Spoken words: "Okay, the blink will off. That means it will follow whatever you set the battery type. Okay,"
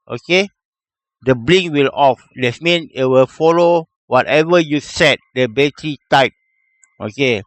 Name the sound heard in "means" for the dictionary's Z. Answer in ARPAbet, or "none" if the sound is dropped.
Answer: none